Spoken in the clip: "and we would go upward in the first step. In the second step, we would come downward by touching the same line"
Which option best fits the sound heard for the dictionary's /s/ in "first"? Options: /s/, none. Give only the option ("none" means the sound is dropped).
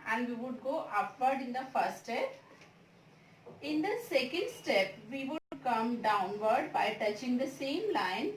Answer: none